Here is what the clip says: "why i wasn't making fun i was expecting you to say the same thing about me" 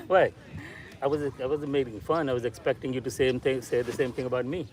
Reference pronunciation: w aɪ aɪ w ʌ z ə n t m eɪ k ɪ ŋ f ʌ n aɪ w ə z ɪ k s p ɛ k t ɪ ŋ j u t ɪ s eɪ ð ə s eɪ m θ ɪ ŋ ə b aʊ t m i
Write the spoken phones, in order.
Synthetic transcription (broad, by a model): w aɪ aɪ w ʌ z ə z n m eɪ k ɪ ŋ f ʌ n aɪ w ə z ɪ k s p ɛ k t ɪ ŋ j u t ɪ s eɪ ð ə s eɪ m θ ɪ ŋ ə b aʊ t m i